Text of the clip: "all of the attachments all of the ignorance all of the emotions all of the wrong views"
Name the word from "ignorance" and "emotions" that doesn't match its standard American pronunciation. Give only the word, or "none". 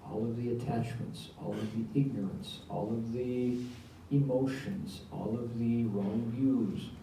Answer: none